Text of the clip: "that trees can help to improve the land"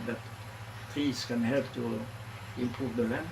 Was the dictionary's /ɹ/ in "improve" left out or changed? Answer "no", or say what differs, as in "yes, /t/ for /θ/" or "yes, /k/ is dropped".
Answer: yes, /ɹ/ is dropped